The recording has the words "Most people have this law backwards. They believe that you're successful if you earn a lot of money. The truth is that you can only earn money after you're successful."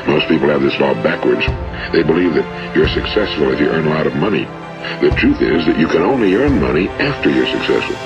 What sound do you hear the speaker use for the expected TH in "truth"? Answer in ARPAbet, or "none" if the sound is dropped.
TH